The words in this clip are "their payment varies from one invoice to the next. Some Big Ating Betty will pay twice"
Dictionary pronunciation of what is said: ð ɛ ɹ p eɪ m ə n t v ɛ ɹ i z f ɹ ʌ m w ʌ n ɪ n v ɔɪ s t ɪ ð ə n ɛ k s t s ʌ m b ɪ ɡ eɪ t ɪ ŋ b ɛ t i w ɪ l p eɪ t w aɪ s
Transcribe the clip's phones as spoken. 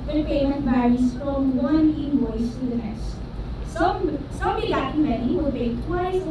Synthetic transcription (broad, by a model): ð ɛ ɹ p eɪ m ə n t b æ ɹ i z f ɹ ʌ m w ʌ n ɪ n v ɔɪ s t ɪ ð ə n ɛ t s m s ʌ m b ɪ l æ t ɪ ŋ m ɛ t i w ɪ l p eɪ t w aɪ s